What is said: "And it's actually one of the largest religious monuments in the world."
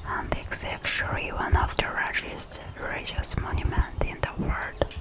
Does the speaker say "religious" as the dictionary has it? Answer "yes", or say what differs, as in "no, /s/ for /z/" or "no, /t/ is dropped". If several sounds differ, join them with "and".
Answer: no, /l/ is dropped